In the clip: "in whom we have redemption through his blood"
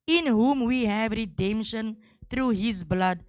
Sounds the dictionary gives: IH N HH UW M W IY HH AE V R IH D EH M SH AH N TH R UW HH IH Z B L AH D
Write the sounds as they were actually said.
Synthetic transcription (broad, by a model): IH N HH UW M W IY HH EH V R IH D EH M SH AH N T R UW HH IH Z B L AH D